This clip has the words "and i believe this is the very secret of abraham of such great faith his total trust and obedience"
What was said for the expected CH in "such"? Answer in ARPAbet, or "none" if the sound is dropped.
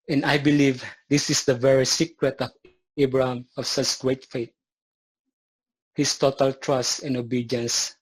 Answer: S